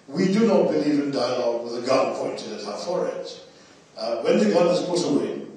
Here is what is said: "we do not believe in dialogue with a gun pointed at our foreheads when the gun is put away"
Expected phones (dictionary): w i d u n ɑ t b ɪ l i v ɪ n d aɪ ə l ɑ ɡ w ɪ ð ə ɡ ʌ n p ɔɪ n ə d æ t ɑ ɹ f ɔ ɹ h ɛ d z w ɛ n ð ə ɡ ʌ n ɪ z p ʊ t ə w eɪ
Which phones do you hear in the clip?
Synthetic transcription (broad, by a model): w i d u n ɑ t b ɪ l i v ɪ n d aɪ ə l ɑ ɡ w ɪ ð ə ɡ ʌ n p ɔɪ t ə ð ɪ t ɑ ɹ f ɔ ɹ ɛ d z w ɛ n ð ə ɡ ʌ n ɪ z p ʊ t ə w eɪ